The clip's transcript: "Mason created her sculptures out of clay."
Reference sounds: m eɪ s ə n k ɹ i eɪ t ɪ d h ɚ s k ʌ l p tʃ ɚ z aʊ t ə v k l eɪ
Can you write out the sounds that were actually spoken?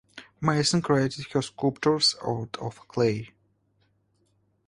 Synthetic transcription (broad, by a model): m eɪ s ə n k ɹ i eɪ t ɪ d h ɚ s k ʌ p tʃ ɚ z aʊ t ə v k l eɪ